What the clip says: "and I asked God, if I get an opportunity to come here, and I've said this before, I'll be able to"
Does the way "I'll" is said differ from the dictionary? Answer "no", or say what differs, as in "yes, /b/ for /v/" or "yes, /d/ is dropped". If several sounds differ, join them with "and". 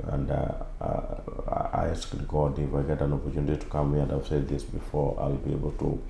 no